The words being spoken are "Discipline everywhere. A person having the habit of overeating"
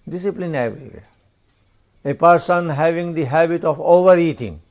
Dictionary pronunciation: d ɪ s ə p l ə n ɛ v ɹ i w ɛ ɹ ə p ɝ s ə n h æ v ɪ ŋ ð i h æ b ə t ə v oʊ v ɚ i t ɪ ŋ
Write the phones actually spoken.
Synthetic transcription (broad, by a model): d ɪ s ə p l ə n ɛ ɹ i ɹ ə p ɝ s ə n h æ v ɪ ŋ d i h æ b ə t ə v oʊ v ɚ i t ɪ ŋ